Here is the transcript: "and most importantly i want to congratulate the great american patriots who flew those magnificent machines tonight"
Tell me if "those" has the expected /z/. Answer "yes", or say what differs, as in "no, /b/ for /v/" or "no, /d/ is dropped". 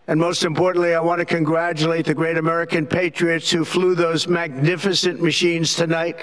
yes